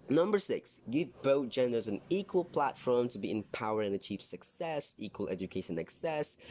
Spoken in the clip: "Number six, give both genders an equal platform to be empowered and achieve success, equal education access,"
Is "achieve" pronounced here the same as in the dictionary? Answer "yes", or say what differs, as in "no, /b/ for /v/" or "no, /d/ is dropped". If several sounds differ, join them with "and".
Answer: no, /p/ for /v/